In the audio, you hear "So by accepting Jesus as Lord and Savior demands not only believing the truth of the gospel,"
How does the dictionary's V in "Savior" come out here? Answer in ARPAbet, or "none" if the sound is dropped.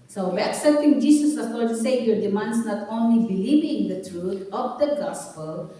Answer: none